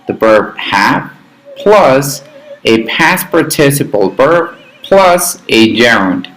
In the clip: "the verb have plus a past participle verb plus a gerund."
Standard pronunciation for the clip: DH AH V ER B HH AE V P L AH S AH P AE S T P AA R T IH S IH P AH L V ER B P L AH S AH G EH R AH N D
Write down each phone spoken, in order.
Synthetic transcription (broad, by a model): DH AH B ER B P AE P P L AH S AH P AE S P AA R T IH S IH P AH L B ER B P L AH S AH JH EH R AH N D